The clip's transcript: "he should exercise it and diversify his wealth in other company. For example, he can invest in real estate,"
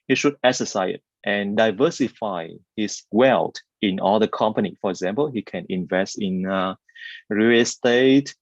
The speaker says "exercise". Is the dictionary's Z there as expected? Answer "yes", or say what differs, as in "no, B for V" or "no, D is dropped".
no, Z is dropped